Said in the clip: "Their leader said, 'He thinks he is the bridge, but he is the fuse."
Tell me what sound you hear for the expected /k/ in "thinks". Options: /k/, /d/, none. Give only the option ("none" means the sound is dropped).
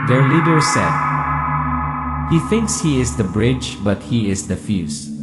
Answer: /k/